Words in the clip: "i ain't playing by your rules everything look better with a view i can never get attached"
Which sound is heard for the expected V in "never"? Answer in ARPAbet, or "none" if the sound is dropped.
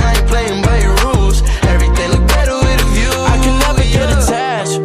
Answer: B